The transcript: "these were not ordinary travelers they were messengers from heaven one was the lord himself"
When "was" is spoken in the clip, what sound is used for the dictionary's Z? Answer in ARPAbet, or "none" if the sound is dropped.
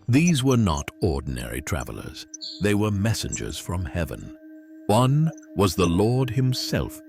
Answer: Z